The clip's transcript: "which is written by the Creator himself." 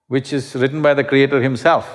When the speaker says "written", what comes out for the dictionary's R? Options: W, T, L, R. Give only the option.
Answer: R